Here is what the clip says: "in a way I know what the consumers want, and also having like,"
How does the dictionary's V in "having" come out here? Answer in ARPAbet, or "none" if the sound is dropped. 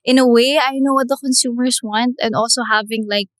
V